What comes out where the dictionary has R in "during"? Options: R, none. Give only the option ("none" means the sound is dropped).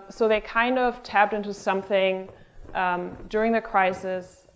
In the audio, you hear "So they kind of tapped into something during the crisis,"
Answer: R